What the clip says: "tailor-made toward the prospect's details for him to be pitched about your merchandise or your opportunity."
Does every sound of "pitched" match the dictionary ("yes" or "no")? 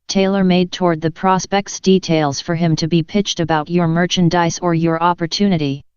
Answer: yes